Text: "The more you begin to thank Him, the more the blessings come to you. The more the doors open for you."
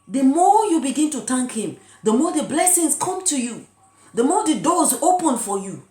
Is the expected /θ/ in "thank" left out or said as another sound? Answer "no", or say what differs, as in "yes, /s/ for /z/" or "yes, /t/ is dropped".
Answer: yes, /t/ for /θ/